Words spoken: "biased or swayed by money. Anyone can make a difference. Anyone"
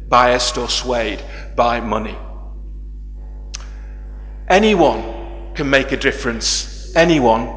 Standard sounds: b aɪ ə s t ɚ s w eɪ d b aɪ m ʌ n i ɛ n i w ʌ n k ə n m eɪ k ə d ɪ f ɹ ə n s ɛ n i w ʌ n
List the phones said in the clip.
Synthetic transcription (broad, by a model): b aɪ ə s t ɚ s w eɪ d b aɪ m ʌ n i ɛ n i w ʌ n k ə n m eɪ k ə d ɪ f ɹ ə n s ɛ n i w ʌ n